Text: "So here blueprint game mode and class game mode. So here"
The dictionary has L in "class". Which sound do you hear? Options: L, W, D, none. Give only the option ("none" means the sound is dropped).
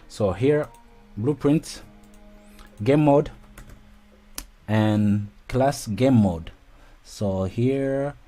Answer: L